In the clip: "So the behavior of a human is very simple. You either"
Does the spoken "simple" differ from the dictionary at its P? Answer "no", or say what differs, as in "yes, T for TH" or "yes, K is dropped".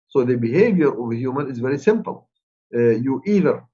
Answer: no